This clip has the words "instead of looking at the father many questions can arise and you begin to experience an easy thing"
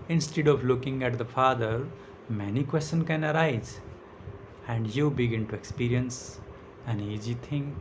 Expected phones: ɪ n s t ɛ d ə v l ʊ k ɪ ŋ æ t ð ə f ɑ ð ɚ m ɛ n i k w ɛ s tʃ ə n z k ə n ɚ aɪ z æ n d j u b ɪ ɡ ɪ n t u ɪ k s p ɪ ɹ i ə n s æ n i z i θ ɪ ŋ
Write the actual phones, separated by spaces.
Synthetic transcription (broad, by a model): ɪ n s t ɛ d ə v l ʊ k ɪ ŋ æ t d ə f ɑ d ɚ m ɛ n i k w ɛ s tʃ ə n k ə n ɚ aɪ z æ n d j u b ɪ ɡ ɪ n t u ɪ k s p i ɹ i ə n s æ n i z i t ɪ ŋ